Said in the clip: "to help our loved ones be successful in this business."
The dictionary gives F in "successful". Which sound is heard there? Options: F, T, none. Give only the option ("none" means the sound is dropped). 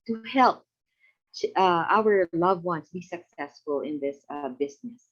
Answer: F